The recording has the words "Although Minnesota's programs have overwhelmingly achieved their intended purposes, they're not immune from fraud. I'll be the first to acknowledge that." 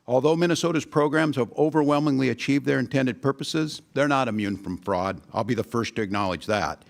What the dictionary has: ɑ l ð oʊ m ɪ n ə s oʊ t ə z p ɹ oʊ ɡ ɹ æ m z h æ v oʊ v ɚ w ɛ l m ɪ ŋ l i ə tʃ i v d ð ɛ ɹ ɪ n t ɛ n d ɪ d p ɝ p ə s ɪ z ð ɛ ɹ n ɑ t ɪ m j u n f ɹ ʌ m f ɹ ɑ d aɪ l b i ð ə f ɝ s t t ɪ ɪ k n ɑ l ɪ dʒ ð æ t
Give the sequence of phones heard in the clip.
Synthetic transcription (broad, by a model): ɑ l ð oʊ m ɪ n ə s oʊ t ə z p ɹ oʊ ɡ ɹ æ m z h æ v oʊ v ɚ w ɛ l m ɪ ŋ l i ə tʃ i v d ð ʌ ɹ ɪ n t ɛ n d ɪ d p ɝ p ə s ɪ z ð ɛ ɹ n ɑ t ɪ m j u n f ɹ ʌ m f ɹ ɑ d aɪ l b i ð ə f ɝ s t t ɪ ɪ k n ɑ l ɪ dʒ ð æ t